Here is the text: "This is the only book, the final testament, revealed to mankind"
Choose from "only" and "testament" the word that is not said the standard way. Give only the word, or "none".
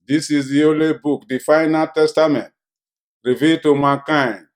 only